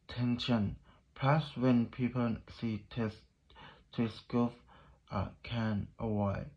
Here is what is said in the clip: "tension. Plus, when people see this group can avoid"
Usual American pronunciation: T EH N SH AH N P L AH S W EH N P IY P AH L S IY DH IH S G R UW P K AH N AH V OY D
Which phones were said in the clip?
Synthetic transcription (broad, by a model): T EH N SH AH N P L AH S W EH N P IY P AH L S IY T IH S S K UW F K AH N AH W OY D